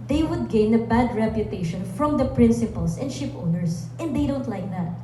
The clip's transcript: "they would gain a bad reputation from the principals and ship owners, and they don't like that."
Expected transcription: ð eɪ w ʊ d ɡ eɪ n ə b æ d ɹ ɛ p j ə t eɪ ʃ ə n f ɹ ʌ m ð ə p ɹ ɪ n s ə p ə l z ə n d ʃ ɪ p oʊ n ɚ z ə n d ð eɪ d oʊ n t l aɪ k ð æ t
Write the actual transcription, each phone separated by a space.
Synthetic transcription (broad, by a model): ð eɪ w ʊ d ɡ eɪ n ə b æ d ɹ ɛ p j ə t eɪ ʃ ə n f ɹ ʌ m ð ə p ɹ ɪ n s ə p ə l s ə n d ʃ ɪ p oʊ n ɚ s ə n d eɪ d oʊ n t l aɪ k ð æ t